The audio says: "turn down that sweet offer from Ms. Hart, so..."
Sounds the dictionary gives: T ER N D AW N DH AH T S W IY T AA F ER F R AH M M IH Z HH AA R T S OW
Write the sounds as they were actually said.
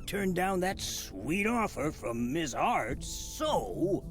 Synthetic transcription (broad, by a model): T ER N D AW N DH AH T S W IY T AA F ER F R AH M M IH Z AA R T S OW